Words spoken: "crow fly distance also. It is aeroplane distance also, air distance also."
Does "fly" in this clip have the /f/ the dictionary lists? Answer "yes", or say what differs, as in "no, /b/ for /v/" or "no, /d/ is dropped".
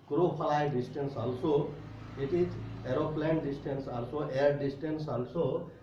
no, /p/ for /f/